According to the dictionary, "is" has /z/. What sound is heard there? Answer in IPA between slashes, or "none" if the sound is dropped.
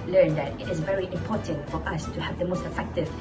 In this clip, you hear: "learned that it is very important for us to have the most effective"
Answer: /z/